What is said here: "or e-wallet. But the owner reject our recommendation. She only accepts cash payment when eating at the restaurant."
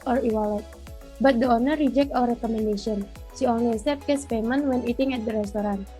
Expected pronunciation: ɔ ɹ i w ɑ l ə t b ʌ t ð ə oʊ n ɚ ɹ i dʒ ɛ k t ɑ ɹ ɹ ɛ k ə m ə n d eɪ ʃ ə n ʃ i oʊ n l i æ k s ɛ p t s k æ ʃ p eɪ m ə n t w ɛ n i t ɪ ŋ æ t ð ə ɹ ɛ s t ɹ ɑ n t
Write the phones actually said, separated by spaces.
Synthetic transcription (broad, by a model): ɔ ɹ i w ɑ l ə t b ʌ t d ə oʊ n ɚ ɹ i dʒ ɛ k t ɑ l ɹ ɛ k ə m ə n d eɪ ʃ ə n s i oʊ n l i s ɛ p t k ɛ s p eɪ m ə n w ɛ n i t ɪ ŋ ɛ t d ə ɹ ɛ s t ɹ ɑ n